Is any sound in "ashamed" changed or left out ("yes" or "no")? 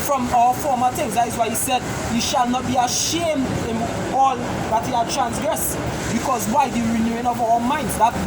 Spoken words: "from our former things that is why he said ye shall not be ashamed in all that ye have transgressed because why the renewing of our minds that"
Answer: no